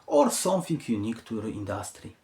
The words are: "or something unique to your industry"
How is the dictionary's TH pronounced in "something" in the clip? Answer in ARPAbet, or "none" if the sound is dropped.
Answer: F